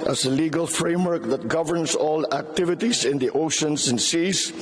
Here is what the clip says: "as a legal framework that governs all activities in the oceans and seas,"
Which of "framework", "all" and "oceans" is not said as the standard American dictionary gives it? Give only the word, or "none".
oceans